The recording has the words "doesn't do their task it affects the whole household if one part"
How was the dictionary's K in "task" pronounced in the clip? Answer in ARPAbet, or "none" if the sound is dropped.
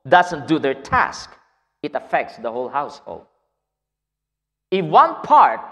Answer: K